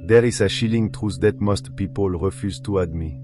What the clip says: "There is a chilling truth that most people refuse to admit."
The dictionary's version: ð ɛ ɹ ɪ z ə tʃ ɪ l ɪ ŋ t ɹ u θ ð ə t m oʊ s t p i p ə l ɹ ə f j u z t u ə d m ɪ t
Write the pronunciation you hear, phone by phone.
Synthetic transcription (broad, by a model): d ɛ ɹ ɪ s ə ʃ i l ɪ ŋ t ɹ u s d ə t m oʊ s t p i p ə l ɹ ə f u z t u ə d m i